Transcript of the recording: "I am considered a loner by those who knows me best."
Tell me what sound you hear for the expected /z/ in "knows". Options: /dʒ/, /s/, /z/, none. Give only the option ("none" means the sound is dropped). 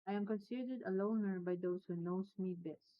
/s/